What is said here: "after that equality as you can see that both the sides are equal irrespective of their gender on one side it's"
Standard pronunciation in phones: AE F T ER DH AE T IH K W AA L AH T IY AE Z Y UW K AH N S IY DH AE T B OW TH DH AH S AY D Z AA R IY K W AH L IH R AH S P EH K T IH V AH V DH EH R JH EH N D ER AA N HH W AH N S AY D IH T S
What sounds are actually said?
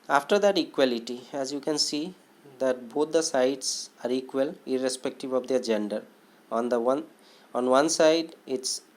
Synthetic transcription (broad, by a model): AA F T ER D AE T IH K W AA L AH T IY AE Z Y UW K AH N S IY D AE T B OW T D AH S AY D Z AA R IY K W AH L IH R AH S P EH K T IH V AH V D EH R JH EH N D ER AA N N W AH N S AY D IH T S